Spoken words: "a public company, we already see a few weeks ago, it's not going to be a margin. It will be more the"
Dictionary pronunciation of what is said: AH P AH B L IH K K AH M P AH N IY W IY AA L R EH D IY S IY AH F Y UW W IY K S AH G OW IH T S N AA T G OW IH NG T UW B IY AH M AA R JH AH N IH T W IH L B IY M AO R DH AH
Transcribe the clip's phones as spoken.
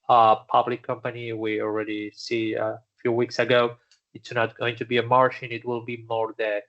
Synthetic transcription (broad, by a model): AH P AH B L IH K K AH M P AH N IY W IY AA L R EH D IY S IY AH F Y UW W IY K S AH G OW IH T S N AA T G OW IH NG T UW B IY AH M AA R SH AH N IH T W IH L B IY M AO R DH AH